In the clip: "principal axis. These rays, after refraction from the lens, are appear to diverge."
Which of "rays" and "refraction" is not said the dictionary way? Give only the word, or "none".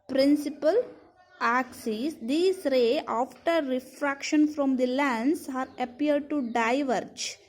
rays